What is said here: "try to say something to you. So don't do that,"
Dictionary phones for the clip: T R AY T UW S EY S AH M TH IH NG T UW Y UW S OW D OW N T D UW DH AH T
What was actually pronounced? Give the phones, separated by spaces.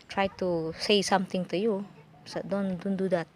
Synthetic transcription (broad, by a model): T R AY T UW S EY S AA M T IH NG T UW Y UW S OW D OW N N D UW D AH T